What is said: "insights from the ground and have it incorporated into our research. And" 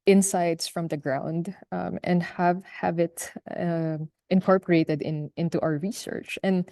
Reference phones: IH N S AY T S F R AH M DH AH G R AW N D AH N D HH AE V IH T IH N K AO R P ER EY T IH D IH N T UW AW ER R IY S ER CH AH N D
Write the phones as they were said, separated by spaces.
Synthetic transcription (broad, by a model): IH N S AY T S F R AH M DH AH G R AW N D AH N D HH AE V IH T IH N K AO R P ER EY T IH D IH N T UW AW ER R IY S ER CH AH N D